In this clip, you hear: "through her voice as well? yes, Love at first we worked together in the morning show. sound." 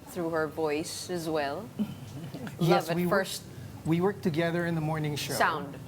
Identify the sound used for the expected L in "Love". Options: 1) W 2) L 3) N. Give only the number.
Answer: 1